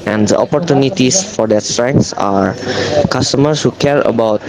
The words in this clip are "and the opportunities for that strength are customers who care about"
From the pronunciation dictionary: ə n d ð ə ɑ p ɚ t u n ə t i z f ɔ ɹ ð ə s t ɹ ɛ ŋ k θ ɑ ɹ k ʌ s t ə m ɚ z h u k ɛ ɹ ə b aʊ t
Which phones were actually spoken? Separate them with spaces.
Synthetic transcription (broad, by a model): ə n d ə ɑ p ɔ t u n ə t i s f ɔ ɹ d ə s t ɹ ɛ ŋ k s ɑ ɹ k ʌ s t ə m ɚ s h u k ɛ ɹ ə b aʊ t